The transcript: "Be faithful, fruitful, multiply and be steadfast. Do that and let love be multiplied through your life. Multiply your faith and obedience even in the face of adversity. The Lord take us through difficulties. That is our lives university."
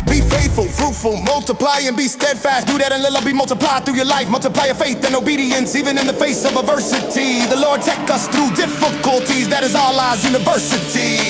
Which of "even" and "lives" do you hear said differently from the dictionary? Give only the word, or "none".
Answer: lives